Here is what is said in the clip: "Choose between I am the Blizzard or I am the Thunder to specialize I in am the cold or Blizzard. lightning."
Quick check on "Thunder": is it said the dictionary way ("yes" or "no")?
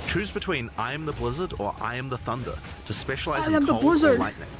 yes